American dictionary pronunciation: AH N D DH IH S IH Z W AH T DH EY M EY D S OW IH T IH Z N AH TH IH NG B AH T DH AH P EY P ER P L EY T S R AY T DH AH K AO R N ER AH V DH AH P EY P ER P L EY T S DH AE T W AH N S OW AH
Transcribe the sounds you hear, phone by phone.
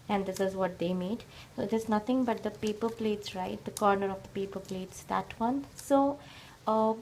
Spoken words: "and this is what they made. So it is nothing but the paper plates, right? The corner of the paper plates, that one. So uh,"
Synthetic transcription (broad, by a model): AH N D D IH S IH Z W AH T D EY M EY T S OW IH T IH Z N AH T IH NG B AH T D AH P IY P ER P L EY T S R AY T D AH K AO R N ER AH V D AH P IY P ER P L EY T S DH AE T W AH N S OW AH